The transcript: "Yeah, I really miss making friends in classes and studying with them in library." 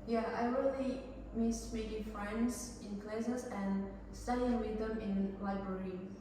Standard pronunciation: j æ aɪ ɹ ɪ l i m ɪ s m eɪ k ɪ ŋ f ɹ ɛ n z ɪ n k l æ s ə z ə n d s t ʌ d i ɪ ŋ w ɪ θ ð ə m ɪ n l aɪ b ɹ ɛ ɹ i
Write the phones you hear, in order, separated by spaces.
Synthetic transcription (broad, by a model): j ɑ aɪ w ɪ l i m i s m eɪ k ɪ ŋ f ɹ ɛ n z ɪ n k l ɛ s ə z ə n s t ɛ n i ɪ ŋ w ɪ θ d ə m ɪ n l aɪ b ɹ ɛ ɹ i